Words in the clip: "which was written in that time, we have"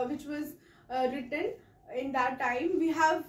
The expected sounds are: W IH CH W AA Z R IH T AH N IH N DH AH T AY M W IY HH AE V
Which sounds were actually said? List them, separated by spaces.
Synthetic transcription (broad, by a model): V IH CH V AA Z R IH T AH N IH N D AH T AY M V IY HH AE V